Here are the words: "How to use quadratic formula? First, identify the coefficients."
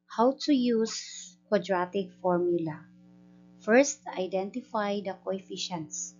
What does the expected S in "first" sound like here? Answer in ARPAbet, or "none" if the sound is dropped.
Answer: S